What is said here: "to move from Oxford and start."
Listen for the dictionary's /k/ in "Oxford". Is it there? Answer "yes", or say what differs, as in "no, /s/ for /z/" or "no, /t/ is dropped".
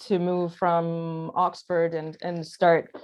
yes